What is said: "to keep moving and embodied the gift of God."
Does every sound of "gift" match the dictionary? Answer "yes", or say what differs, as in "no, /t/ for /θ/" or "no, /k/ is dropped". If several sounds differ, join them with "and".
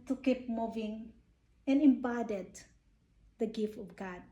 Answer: yes